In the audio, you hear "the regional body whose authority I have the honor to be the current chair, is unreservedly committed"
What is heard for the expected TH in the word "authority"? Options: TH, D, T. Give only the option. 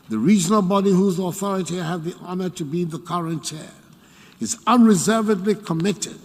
TH